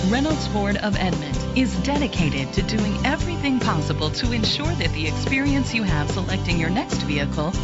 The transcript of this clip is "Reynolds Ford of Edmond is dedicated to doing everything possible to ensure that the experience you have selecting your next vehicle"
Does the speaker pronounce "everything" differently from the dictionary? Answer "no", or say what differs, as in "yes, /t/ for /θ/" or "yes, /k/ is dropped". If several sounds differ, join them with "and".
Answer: no